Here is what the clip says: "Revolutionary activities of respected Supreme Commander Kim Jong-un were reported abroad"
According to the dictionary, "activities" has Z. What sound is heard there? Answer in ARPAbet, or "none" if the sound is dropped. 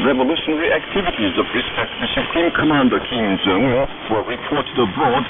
Z